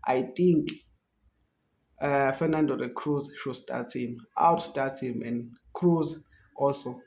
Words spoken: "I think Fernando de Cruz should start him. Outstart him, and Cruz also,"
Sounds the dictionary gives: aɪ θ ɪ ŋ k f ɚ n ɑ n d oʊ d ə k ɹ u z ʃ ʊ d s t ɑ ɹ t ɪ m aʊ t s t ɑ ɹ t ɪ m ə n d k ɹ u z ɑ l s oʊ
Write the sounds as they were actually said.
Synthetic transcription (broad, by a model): aɪ t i ŋ k f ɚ n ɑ n d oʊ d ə k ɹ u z ʃ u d s t ɑ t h ɪ m aʊ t s t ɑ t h ɪ m ə n d k ɹ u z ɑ l s oʊ